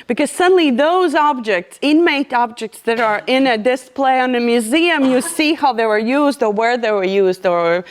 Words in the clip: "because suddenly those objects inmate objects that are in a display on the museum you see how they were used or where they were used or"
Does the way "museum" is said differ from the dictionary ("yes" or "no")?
no